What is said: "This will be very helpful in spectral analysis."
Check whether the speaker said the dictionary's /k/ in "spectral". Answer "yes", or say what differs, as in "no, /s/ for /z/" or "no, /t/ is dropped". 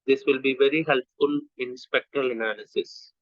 yes